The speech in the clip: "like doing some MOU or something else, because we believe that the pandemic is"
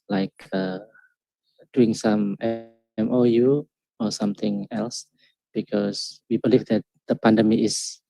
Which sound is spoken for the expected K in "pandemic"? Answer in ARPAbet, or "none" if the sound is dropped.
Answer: none